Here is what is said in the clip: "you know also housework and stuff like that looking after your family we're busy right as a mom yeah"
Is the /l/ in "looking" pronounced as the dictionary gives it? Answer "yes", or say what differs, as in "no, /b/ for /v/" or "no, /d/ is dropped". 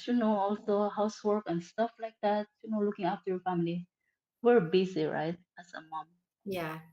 no, /n/ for /l/